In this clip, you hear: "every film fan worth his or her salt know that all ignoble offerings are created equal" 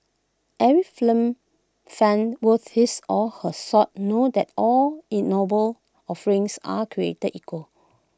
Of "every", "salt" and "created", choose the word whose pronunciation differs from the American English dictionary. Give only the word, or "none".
salt